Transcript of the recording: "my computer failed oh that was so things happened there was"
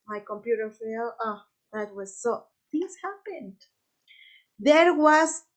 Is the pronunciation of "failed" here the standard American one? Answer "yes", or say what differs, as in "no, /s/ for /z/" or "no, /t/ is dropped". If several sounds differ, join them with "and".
no, /d/ is dropped